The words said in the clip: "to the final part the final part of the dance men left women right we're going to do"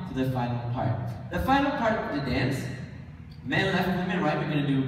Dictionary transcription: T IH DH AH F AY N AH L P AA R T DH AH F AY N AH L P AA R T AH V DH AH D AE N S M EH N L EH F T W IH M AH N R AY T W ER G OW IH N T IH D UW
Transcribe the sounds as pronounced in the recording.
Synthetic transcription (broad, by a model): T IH DH AH F AY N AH L P AA R T DH AH F AY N L P AA R T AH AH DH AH D AE N S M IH L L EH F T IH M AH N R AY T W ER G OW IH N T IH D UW